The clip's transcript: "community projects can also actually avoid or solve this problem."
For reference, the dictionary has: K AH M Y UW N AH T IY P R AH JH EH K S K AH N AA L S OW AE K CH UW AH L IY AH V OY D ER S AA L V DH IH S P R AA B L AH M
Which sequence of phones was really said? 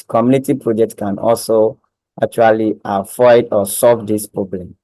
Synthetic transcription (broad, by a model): K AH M Y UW N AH T IY P R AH JH EH K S K AH N AA L S OW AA K CH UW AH L IY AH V OY D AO S AA L V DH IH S P R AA B L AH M